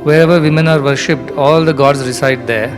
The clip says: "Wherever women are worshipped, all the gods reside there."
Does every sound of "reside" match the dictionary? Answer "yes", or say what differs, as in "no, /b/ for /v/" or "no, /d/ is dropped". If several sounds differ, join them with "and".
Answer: no, /s/ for /z/